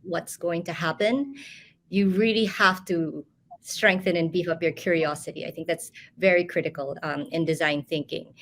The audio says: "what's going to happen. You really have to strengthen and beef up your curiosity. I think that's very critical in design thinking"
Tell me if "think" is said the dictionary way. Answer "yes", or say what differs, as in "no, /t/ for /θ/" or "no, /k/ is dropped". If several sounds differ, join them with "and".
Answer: yes